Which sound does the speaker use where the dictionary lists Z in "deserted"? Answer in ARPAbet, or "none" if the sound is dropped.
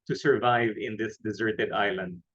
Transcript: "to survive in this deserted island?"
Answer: Z